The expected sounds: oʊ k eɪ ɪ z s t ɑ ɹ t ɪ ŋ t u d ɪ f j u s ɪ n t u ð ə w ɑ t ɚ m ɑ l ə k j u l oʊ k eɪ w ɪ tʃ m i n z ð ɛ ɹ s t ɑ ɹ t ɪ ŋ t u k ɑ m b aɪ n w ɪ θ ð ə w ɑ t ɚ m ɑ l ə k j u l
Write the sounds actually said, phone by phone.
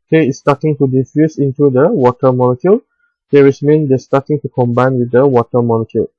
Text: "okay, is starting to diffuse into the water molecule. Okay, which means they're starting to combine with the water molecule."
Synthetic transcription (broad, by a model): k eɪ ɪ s t ɑ t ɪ ŋ t u d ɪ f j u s ɪ n t u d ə w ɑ t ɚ m ɑ l ə k j u l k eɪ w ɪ s m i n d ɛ s t ɑ t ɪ ŋ t u k ɑ m b aɪ n w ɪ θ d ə w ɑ t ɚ m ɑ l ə k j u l